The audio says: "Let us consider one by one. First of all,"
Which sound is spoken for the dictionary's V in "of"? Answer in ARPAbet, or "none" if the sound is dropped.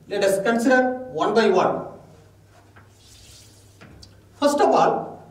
P